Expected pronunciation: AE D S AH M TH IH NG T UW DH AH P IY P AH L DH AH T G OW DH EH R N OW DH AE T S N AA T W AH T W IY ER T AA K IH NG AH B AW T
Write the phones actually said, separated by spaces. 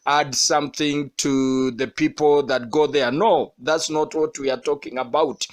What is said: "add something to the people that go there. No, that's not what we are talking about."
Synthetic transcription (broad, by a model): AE D S AH M TH IH NG T UW DH AH P IY P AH L DH AH T G OW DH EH R N OW DH AE T S N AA T W AH T W IY ER T AA K IH NG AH B AW T